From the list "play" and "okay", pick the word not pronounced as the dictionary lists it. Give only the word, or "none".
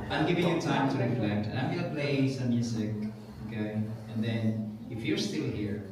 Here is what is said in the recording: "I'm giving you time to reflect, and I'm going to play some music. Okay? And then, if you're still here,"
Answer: okay